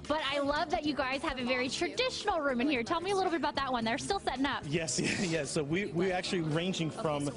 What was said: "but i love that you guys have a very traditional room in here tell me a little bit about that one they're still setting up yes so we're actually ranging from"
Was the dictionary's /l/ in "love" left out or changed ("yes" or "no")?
no